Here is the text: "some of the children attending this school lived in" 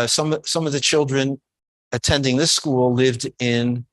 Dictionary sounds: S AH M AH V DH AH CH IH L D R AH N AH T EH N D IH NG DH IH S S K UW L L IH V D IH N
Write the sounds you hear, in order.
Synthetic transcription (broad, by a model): S AH M AH V DH AH CH IH L D R AH N AH T EH N D IH NG DH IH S S K UW L L IH V D IH N